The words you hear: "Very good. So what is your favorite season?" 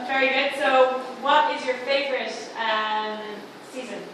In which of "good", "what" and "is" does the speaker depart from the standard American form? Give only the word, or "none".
none